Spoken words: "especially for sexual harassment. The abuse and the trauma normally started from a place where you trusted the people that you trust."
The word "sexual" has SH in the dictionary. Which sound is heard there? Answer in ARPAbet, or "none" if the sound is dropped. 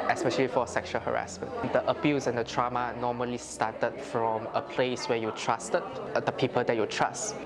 SH